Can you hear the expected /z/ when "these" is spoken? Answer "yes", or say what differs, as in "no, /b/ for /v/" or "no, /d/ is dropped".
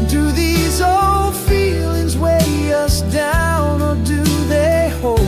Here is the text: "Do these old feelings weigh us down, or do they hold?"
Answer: yes